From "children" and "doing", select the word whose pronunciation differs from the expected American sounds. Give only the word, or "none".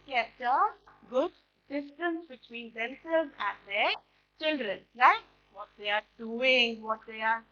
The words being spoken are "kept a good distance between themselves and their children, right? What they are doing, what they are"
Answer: none